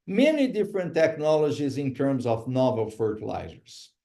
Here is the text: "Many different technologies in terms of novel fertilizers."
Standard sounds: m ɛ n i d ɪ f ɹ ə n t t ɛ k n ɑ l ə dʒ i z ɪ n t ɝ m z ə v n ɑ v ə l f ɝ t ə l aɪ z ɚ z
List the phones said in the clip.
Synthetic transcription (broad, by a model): m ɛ n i d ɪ f ɹ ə n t t ɛ k n ɑ l ə dʒ i z ɪ n t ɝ m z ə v n ɑ v ə l f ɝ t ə l aɪ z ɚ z